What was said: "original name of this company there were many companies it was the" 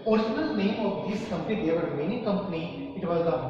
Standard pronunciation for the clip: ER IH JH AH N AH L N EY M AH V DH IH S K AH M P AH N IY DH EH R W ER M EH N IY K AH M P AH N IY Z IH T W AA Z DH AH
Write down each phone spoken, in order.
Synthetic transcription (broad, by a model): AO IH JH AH N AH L N EY M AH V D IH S K AH M P AH N IY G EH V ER M EH N IY K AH M P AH N IY IH T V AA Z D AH